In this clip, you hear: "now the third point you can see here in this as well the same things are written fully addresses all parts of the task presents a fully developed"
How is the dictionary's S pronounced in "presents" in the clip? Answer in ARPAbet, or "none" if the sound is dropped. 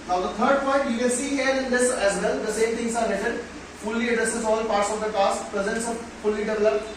S